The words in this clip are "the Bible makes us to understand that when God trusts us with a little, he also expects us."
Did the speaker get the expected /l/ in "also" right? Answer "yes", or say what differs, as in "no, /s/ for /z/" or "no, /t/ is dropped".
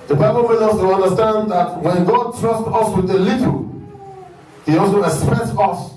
no, /l/ is dropped